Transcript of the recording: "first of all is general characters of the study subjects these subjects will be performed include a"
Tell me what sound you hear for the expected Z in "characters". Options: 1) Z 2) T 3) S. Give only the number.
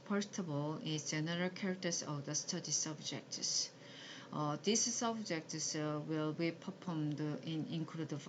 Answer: 3